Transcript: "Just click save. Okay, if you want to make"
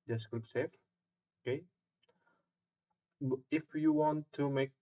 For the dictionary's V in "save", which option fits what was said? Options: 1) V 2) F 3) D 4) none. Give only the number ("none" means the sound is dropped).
2